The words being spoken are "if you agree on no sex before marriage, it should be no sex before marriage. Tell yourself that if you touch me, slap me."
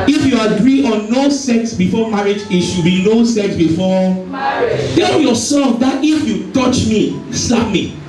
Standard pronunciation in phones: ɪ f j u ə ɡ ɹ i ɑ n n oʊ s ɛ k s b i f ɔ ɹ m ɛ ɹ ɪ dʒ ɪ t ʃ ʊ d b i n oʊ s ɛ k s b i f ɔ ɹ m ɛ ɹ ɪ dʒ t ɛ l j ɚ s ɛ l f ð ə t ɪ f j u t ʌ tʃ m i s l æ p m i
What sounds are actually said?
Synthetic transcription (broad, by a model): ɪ f j u ə ɡ ɹ i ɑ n n oʊ s ɛ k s b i f ɔ m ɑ ɹ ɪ dʒ ɪ t ʃ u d b i n oʊ s ɛ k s b i f ɔ t ɛ l j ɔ s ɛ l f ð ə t ɪ f j u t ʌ tʃ m i s ɑ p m i